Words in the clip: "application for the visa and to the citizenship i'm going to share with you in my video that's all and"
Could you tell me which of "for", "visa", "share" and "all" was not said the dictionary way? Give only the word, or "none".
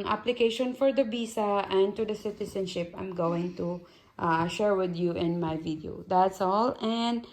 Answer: visa